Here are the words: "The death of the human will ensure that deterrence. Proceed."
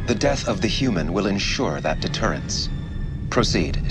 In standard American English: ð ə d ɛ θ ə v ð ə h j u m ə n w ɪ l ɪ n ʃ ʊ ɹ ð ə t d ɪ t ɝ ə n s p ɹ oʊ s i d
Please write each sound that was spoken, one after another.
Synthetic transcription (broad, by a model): ð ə d ɛ θ ə v ð ə h j u m ə n w ɪ l ɪ n ʃ ʊ ɹ ð ə t d ɪ t ɝ ə n s p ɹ oʊ s i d